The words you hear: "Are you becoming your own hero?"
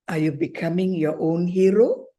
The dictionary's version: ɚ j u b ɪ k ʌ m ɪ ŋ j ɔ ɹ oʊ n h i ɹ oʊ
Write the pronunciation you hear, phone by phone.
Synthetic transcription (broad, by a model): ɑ j u b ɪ k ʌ m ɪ ŋ j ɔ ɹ oʊ n h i ɹ oʊ